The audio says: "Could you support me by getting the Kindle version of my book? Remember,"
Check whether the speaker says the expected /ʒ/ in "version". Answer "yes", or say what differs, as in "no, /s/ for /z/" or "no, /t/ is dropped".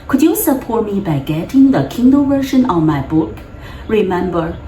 no, /ʃ/ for /ʒ/